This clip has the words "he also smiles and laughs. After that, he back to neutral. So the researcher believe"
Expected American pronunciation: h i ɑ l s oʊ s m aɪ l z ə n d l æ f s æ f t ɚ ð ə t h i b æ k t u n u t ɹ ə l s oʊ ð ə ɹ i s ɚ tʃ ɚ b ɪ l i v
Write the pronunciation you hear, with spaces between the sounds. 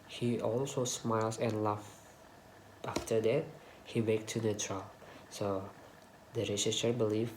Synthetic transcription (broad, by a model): h i ɑ l s oʊ s m aɪ l s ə n l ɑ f ɑ f t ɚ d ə t h i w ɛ k t u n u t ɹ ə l s oʊ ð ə ɹ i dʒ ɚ s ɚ b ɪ l i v